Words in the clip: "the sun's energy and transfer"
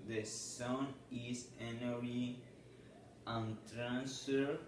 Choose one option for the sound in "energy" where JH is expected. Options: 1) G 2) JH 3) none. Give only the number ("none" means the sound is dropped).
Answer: 3